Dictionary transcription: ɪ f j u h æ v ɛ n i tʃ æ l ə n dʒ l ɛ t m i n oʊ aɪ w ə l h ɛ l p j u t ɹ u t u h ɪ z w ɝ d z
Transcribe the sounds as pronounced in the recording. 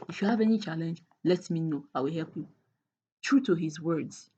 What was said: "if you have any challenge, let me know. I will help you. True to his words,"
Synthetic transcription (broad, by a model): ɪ f j u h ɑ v ɛ n i tʃ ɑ l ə n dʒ l ɛ t m i n oʊ aɪ w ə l h ɛ l p j u t ɹ u t u h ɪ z w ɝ d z